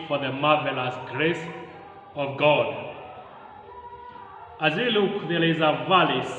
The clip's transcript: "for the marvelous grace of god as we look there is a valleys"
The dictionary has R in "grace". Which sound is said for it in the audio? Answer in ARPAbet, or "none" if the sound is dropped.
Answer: R